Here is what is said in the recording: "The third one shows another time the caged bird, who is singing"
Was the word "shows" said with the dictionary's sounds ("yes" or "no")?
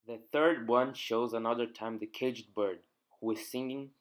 yes